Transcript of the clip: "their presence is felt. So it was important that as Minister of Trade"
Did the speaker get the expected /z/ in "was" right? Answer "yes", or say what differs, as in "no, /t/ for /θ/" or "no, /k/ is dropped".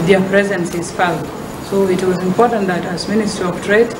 yes